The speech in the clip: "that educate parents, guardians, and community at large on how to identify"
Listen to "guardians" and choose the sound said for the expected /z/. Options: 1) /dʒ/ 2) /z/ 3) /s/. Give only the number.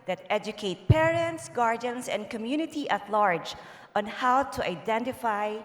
3